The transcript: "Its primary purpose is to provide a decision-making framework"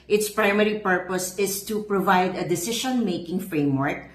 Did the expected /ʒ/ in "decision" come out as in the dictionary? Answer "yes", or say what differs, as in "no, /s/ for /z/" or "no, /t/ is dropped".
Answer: no, /ʃ/ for /ʒ/